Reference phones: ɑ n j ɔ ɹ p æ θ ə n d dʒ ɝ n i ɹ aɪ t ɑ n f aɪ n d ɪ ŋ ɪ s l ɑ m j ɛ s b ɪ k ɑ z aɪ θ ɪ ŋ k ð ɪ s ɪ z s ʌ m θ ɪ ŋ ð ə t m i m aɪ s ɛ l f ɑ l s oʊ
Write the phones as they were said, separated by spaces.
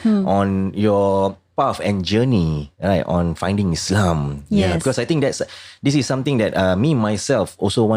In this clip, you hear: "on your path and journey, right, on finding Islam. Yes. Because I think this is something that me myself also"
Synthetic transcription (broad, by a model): ɑ n j ɔ p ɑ f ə n dʒ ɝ n i ɹ aɪ t ɑ n f aɪ n d ɪ ŋ ɪ s l ɑ m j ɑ b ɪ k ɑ s aɪ t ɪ ŋ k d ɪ s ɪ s s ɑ m t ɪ ŋ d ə t m i m aɪ s ɛ l f ɑ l s oʊ